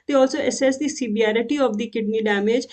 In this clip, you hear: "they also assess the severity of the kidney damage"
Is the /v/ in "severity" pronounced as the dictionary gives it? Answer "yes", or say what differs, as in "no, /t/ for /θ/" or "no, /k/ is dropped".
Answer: no, /b/ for /v/